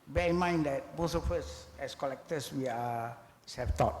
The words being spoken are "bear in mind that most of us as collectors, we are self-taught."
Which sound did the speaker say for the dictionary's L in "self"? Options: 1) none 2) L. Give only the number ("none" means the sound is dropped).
1